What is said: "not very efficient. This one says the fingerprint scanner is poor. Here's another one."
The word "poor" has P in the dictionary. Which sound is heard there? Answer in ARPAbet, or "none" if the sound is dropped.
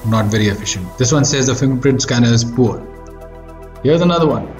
P